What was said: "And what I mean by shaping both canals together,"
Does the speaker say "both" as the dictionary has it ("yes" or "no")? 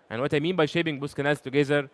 no